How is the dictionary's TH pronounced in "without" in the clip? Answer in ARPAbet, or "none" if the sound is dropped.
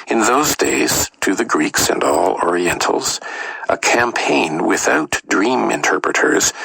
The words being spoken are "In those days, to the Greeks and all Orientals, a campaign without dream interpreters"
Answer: TH